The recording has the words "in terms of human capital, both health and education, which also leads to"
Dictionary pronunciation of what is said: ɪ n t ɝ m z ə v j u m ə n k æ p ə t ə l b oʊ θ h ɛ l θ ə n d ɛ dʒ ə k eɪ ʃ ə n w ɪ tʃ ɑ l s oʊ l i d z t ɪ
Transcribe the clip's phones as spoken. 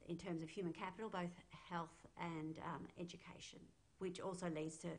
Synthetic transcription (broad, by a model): ɪ n t ɝ m z ə v j u m ə n k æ p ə t l b oʊ θ h ɛ l θ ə n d ɛ dʒ ə k eɪ ʃ ə n w ɪ tʃ ɑ l s oʊ l i d z t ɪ